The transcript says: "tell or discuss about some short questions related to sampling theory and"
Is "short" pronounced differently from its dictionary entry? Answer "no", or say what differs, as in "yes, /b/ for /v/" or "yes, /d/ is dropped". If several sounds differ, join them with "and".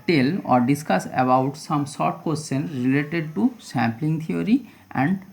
yes, /s/ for /ʃ/